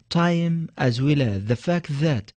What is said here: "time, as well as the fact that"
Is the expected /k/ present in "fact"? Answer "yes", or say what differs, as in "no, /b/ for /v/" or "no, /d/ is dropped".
yes